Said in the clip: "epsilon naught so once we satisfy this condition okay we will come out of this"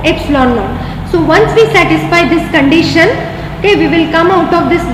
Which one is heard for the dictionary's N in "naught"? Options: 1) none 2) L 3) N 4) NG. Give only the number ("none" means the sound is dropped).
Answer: 2